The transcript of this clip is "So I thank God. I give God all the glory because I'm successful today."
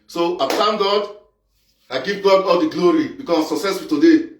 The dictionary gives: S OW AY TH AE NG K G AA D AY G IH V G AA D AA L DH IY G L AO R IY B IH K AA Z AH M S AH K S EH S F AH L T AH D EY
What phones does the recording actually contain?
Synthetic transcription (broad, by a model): S OW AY T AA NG G AA D AY G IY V G AA D AA L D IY G L AO R IY B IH K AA S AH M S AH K S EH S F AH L T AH D EY